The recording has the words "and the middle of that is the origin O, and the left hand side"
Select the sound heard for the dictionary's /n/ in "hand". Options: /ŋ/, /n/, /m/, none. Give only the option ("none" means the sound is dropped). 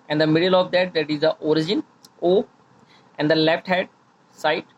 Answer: none